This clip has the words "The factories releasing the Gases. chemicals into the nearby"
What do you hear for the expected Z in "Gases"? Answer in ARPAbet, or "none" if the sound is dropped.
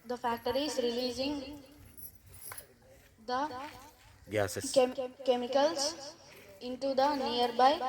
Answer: none